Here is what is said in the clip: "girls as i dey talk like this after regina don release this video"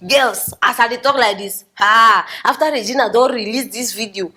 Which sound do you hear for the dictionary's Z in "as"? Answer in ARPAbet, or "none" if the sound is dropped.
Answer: S